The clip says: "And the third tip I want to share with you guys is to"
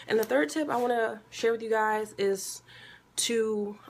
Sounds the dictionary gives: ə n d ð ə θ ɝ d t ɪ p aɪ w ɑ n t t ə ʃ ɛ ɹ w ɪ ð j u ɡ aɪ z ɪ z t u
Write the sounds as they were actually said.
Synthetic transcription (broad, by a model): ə n ð ə θ ɝ d t ɪ p aɪ w ɑ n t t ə ʃ ɛ ɹ w ɪ ð j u ɡ aɪ z ɪ z t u